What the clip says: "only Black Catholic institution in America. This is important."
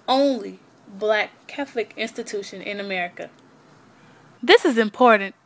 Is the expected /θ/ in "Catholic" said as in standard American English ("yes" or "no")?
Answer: yes